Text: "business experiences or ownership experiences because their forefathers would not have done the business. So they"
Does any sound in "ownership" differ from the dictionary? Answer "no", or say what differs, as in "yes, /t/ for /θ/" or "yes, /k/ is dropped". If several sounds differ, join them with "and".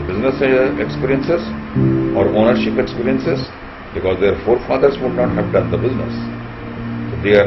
no